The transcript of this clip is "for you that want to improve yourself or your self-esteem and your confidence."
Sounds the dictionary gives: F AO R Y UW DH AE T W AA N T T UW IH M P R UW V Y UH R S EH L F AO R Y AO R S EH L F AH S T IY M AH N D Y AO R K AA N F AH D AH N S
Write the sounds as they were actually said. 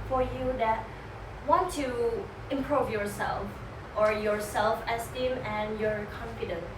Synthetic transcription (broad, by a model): F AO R Y UW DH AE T W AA N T T UW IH M P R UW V Y UH R S EH L F AO R Y AO R S EH L F AH S T IY M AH N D Y AO R K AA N F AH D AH N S